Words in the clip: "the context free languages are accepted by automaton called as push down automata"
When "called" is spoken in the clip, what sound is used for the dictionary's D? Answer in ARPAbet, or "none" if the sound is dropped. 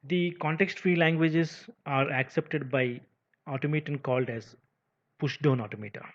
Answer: D